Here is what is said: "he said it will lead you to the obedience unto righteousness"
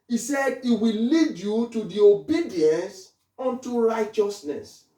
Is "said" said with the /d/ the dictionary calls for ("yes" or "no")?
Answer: yes